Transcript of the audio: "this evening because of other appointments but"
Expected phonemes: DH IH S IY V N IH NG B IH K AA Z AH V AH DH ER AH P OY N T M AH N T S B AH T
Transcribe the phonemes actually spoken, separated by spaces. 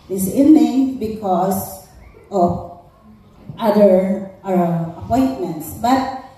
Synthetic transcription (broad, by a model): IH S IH N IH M B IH K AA S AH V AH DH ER AH P OY N T M AH N T S B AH T